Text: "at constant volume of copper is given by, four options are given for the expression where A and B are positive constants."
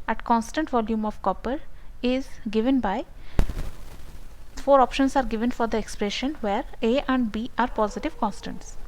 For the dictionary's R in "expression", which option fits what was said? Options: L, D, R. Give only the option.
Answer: R